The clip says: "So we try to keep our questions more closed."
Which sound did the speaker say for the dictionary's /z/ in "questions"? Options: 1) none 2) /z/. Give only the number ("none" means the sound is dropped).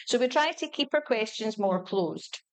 2